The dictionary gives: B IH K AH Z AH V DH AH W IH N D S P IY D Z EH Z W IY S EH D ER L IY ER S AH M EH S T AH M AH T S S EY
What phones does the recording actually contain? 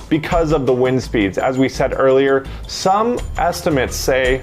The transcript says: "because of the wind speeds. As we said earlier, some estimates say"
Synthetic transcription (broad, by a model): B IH K AH Z AH V DH AH W IH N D S P IY D Z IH Z W IY S EH D ER L IY ER S AH M EH S T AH M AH T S S EY